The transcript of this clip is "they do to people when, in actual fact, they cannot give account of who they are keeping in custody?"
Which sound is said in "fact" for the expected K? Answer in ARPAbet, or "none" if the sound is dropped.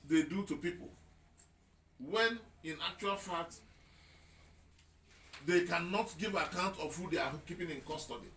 none